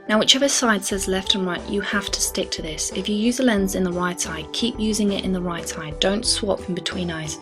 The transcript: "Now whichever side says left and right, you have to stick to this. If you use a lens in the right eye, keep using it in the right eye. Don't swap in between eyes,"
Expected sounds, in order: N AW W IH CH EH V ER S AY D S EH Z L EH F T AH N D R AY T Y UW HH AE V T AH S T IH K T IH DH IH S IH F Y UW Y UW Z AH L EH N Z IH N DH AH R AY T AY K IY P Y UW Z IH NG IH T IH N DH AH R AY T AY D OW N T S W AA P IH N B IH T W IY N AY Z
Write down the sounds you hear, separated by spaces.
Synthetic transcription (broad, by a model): N AW W IH CH EH V ER S AY D S EH Z L EH F T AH N R AY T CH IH HH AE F T AH S T IH K T IH DH IH S IH F Y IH Y UW Z AH L EH N Z IH N DH AH R AY T AY K IY P Y UW Z IH NG IH T IH N DH AH R AY T AY D OW N T S W AA P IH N B IH T W IY N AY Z